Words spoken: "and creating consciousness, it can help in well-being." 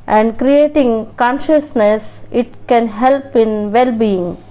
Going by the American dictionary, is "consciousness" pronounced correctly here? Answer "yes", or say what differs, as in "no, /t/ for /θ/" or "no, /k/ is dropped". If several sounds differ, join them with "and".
yes